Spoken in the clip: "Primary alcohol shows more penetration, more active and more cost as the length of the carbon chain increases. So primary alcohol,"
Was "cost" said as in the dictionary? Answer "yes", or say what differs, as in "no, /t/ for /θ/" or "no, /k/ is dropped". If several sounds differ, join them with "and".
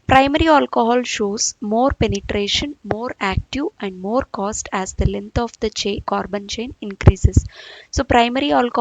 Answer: yes